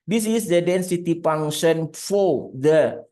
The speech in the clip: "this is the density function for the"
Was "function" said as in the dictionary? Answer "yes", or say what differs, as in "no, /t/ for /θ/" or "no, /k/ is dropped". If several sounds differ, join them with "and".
no, /k/ is dropped